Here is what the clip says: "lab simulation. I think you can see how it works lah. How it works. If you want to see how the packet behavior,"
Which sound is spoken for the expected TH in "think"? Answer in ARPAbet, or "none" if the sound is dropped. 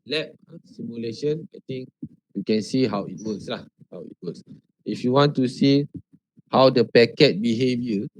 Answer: T